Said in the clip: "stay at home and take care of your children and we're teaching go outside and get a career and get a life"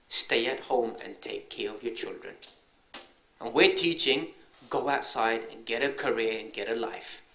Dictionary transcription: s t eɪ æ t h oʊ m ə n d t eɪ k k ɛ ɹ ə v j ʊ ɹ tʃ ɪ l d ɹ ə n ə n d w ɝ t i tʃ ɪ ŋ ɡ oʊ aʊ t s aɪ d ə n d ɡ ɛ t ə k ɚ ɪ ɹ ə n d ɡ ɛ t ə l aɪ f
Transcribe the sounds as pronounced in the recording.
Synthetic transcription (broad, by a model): s t eɪ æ t h oʊ m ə n t eɪ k k ɛ ɹ ə v j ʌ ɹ tʃ ɪ l d ɹ ə n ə n w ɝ t i tʃ ɪ ŋ ɡ oʊ aʊ t s aɪ d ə n ɡ ɛ t ə k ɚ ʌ ɹ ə n ɡ ɛ t ə l aɪ f